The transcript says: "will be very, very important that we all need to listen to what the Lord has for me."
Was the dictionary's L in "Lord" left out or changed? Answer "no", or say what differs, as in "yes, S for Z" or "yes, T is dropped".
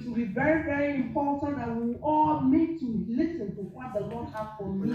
yes, N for L